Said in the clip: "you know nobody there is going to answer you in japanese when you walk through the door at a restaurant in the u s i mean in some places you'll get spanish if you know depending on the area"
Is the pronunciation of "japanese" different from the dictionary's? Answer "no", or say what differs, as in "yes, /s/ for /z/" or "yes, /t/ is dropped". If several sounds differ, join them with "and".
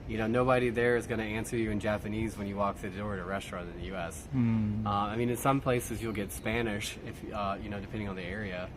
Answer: no